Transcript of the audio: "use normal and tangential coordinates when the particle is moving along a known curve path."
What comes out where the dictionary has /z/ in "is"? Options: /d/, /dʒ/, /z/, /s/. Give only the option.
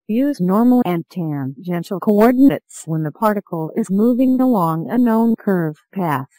/z/